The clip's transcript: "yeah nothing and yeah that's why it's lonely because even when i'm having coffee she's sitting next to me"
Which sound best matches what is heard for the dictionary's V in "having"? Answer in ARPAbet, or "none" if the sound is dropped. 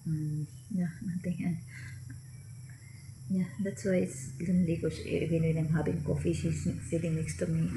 B